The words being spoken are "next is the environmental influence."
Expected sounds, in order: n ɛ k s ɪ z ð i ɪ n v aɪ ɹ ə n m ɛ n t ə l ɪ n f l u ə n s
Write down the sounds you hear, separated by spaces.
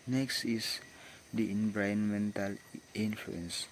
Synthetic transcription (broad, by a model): n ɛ k s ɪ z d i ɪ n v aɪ ə n m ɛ n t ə l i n f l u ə n s